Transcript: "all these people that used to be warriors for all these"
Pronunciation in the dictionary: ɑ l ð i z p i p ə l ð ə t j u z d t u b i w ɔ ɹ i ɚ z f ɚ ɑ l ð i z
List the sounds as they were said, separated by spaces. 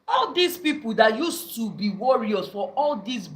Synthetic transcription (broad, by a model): ɑ l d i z p i p ə l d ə t j u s t u b i w ɔ ɹ i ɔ s f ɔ ɑ l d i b